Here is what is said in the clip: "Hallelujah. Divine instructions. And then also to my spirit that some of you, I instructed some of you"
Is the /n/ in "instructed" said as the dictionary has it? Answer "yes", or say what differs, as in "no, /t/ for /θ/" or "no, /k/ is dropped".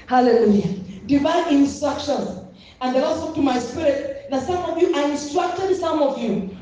yes